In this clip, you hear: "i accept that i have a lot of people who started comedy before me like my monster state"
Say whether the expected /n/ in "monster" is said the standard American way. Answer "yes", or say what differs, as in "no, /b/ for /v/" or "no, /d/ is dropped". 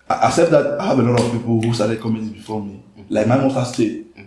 no, /n/ is dropped